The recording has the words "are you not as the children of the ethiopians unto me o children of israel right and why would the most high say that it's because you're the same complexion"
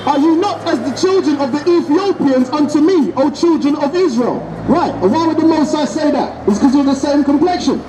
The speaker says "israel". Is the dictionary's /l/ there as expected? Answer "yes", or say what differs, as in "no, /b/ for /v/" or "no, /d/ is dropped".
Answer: yes